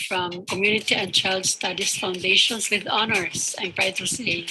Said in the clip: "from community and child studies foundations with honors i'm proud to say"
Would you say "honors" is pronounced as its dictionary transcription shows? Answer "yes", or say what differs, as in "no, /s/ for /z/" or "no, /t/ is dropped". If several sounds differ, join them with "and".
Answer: no, /s/ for /z/